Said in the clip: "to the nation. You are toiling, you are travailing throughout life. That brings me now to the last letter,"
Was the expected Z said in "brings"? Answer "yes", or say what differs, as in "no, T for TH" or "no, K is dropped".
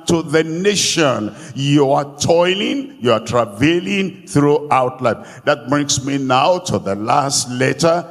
no, S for Z